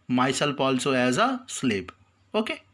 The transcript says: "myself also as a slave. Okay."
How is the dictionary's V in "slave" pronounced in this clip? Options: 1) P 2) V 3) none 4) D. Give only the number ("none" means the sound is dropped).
1